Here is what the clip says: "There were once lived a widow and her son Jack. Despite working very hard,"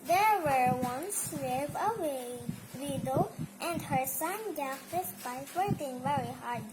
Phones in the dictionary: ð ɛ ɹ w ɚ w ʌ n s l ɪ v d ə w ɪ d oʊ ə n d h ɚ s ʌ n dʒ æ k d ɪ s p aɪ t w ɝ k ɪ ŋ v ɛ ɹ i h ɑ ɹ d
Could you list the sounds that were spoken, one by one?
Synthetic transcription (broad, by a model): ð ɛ ɹ w ɚ w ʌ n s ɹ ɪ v ə w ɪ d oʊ ə n d h ɚ s ʌ n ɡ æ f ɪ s b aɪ w ɝ k ɪ ŋ v ɛ ɹ i h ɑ ɹ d